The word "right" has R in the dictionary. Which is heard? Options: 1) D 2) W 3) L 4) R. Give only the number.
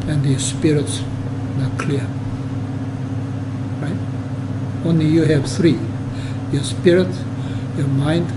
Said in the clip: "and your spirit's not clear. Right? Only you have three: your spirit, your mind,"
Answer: 4